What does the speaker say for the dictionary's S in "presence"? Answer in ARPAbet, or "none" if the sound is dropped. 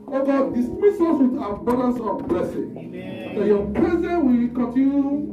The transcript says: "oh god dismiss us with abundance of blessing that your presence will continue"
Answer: none